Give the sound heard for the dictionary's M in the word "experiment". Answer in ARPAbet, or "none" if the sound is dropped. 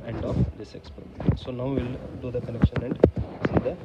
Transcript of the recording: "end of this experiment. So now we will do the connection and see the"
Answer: none